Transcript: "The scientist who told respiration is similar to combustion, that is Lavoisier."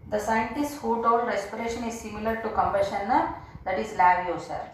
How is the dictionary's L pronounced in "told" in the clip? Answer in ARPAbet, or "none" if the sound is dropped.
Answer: none